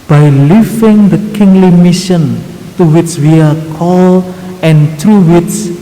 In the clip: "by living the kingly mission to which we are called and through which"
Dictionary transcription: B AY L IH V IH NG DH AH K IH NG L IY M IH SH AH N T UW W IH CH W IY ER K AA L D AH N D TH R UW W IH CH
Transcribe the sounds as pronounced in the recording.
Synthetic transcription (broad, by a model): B AY L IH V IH NG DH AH K IH NG L IY M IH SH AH N T UW W IH CH W IY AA K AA L AH N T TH R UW W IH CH